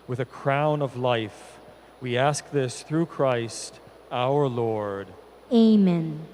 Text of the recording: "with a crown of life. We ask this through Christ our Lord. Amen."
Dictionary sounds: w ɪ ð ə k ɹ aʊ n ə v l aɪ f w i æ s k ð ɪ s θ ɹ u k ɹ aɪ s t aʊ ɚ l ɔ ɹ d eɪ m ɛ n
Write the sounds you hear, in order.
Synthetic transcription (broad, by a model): w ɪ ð ə k ɹ aʊ n ə v l aɪ f w i æ s k ð ɪ s θ ɹ u k ɹ aɪ s t aʊ ɚ l ɔ ɹ d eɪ m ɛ n